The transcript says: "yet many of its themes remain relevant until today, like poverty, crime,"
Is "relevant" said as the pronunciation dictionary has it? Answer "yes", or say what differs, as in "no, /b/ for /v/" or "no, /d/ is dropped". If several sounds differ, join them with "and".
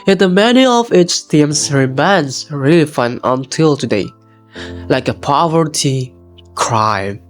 no, /f/ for /v/ and /t/ is dropped